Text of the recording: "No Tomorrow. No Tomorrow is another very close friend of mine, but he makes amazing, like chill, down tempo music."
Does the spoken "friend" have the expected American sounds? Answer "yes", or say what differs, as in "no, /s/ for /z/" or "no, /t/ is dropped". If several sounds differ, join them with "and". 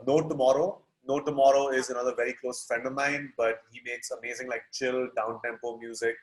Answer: no, /ɹ/ is dropped